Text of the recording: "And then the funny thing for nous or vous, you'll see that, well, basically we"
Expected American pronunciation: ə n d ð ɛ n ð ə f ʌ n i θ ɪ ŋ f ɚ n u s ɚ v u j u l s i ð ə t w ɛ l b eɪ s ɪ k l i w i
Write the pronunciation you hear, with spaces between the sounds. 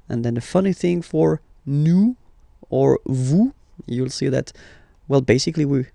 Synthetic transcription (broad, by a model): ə n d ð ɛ n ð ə f ʌ n i θ ɪ ŋ f ɚ n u ɚ v u j u l s i ð ə t w ɛ l b eɪ s ɪ k l i w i